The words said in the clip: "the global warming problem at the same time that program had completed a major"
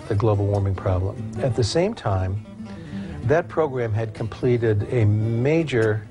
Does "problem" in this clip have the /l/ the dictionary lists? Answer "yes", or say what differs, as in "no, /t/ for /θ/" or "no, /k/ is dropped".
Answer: yes